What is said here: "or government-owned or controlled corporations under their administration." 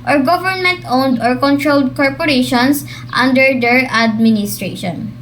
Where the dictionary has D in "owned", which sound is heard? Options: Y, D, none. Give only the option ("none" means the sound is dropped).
D